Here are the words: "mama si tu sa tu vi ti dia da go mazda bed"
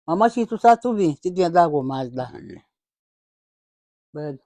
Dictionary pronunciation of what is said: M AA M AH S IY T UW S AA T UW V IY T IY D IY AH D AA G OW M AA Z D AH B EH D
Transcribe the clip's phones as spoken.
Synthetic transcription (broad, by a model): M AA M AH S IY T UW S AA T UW B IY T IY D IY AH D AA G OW M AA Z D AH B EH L